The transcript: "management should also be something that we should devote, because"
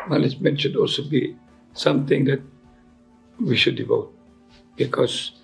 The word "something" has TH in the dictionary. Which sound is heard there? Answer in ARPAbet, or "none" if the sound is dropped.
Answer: T